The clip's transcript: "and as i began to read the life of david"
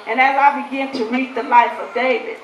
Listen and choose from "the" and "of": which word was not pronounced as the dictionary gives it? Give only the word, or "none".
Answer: none